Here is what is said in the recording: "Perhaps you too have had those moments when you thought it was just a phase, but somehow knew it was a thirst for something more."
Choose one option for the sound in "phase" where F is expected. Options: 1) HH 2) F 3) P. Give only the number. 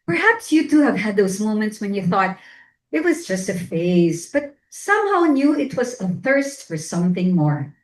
2